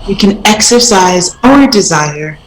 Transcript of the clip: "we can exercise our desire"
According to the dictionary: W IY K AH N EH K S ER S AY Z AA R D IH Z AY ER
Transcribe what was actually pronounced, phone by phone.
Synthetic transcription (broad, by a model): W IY K AH N EH K S ER S AY Z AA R D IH Z AY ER